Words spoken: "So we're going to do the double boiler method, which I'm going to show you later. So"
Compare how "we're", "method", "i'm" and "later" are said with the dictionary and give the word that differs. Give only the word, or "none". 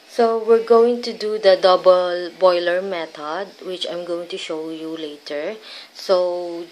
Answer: method